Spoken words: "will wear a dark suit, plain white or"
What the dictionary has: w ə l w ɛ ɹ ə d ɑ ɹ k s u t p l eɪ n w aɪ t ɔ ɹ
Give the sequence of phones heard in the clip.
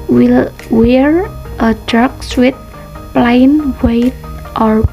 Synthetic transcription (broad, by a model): w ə l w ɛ ɹ ə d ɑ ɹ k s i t p l eɪ n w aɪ t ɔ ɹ